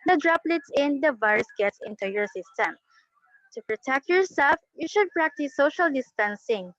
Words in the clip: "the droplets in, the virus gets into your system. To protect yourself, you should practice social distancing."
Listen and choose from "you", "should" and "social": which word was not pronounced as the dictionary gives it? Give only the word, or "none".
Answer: none